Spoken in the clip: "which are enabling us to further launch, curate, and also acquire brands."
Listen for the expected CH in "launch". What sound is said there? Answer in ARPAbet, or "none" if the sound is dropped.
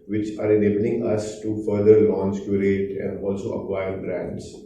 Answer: S